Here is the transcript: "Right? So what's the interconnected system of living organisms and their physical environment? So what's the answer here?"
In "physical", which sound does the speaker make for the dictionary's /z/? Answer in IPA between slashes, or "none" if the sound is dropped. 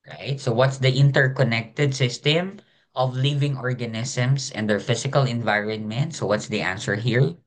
/s/